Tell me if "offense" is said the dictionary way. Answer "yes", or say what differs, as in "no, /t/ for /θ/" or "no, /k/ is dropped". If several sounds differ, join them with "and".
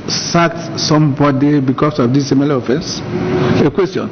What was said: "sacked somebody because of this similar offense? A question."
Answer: yes